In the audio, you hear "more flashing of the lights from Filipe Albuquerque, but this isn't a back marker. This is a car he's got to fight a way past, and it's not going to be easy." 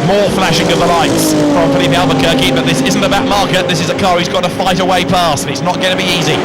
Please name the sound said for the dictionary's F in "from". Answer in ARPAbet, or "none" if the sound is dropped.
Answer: P